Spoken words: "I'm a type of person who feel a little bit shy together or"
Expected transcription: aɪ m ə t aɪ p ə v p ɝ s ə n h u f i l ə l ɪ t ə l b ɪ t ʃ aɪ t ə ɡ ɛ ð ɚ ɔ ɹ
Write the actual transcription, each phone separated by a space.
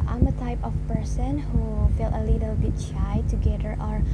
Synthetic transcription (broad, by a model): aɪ m ə t aɪ p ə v p ɝ s ə n h u f i l ə l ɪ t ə l b ɪ t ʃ aɪ t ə ɡ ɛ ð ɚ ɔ ɹ